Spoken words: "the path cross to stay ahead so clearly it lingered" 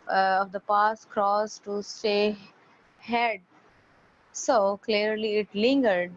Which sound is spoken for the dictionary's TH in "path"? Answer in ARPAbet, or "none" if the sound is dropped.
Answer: S